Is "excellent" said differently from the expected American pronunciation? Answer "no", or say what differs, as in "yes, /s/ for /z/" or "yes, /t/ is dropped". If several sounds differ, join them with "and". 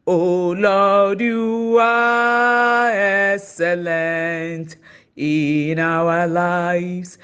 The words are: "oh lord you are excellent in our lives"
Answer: no